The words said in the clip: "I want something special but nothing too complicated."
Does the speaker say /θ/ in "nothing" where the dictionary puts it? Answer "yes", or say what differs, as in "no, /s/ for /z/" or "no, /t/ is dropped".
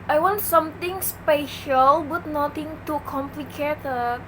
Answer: no, /t/ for /θ/